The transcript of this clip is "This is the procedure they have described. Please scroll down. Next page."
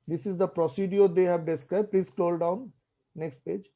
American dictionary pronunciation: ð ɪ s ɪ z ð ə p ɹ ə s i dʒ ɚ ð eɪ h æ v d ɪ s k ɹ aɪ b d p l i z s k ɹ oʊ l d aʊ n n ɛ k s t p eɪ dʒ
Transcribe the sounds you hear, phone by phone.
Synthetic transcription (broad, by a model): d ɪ s ɪ z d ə p ɹ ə s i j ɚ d eɪ h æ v d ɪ s k ɹ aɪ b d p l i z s k l oʊ l d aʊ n n ɛ k s t p eɪ dʒ